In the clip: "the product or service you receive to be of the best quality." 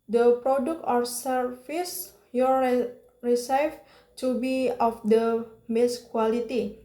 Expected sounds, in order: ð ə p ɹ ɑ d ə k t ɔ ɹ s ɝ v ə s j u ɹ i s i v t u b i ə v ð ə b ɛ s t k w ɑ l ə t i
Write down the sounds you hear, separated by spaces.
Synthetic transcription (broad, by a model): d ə p ɹ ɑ d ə k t ɔ ɹ s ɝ f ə s j u ɹ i s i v t u b i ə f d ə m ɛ s k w ɑ l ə t i